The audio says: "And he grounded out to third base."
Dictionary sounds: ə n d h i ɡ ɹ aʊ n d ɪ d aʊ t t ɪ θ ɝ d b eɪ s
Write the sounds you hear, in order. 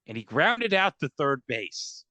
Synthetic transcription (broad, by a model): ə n i ɡ ɹ aʊ n d ɪ d aʊ t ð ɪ θ ɝ d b eɪ s